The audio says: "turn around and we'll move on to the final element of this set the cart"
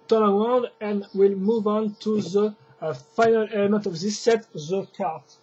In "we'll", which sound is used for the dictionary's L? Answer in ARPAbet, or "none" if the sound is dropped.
L